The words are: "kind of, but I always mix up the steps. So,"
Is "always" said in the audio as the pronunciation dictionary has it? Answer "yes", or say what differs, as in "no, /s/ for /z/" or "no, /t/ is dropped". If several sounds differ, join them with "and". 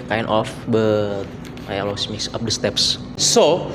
no, /s/ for /z/